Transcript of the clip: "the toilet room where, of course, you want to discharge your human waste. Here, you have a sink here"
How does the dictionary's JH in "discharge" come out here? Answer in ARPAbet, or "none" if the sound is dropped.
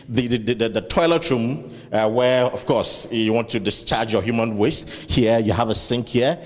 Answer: JH